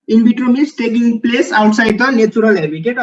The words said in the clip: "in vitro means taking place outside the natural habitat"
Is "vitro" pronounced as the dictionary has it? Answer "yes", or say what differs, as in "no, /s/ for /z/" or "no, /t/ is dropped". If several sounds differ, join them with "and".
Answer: no, /b/ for /v/